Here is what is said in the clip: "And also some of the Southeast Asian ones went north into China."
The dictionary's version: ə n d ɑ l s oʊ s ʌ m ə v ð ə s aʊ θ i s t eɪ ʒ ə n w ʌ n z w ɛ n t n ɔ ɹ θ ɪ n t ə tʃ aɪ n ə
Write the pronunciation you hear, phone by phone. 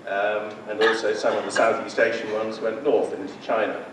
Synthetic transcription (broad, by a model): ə n ɑ l s oʊ s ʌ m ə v ð ə s aʊ θ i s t eɪ ʃ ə n w ʌ n z w ɛ n t n ɔ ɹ θ ɪ n t ə tʃ aɪ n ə